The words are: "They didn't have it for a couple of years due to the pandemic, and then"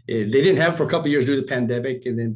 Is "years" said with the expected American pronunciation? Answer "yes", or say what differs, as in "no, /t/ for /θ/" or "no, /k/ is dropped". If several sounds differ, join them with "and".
yes